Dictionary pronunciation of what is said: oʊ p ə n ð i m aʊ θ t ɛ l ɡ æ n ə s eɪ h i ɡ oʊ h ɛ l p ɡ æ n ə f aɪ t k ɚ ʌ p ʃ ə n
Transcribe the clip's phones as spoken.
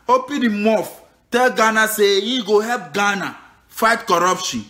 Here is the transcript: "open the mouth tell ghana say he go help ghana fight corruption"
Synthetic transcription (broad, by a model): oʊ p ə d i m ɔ f t ɛ l ɡ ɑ n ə s eɪ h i ɡ oʊ h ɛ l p ɡ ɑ n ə f aɪ t k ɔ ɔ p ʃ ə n